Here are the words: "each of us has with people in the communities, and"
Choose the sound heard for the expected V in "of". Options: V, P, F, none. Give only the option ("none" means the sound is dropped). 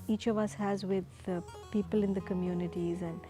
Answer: V